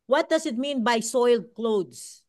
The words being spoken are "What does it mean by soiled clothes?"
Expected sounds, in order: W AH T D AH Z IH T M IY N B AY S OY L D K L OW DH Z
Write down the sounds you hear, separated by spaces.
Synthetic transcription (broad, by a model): W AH T D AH S IH T M IY N B AY S OY L D K L OW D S